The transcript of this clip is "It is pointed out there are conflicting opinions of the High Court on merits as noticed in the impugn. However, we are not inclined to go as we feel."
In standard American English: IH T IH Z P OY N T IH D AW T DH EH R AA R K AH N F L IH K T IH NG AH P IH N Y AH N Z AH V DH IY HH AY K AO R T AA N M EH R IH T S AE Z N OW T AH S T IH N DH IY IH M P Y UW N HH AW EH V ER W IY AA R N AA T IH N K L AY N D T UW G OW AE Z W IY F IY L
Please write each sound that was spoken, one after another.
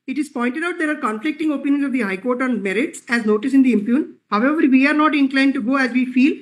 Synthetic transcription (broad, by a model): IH T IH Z P OY N T IH D AW T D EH R AA R K AH N F L IH K T IH NG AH P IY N Y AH N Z AH V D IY HH AY K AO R T AA N M EH R IH T S AE Z N OW T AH S IH N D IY IH M P Y UW N HH AW EH V ER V IY AA R N AA T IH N K L AY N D T UW G OW AE Z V IY F IY L